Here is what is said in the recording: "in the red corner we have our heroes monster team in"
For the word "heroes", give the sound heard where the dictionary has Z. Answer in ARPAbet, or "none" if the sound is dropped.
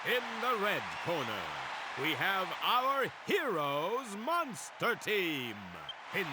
Z